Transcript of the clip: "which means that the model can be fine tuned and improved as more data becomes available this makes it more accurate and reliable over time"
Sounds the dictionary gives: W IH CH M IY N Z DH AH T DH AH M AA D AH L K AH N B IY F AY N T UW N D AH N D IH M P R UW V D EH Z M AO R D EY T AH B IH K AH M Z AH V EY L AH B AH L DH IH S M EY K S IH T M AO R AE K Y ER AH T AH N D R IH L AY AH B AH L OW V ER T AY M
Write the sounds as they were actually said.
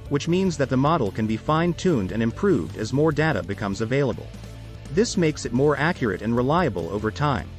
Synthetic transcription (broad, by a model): W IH CH M IY N Z DH AH T DH AH M AA D L K AH N B IY F AY N T UW N D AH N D IH M P R UW V D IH Z M AO R D EY T AH B IH K AH M Z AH V EY L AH B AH L DH IH S M EY K S IH T M AO R AE K Y ER AH T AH N R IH L AY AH B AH L OW V ER T AY M